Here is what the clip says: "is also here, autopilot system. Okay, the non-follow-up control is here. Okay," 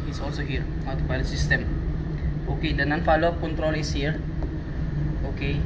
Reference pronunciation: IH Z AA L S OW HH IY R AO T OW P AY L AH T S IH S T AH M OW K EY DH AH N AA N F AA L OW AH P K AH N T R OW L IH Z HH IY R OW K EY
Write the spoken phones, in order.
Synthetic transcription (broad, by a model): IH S AA L S OW HH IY R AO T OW B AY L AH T S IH S T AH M OW K EY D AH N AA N F AA L OW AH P K AH N T R OW L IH S HH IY R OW K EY